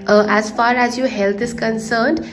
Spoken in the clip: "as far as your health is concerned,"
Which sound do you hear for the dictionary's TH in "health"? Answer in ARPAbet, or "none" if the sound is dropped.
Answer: T